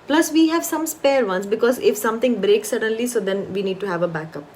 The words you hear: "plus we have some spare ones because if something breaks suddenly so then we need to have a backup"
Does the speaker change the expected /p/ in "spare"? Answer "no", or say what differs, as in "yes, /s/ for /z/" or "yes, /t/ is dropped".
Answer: no